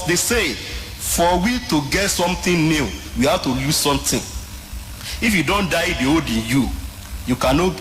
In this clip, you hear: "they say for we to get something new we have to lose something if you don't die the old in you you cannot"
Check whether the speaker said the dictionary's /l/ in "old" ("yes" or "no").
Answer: no